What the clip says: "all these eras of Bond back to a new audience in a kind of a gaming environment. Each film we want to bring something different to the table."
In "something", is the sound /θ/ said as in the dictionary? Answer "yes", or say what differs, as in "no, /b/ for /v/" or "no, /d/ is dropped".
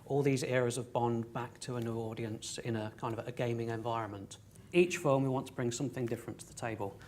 yes